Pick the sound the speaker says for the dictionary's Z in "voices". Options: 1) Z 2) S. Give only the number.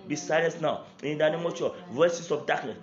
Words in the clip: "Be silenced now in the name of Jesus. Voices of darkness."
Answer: 2